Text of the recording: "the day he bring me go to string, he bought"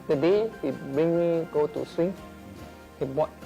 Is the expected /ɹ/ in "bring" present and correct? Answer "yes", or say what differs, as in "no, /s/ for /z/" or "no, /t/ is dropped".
no, /ɹ/ is dropped